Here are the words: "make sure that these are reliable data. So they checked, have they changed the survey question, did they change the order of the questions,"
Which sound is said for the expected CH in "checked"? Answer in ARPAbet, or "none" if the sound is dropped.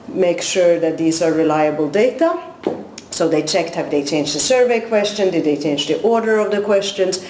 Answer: CH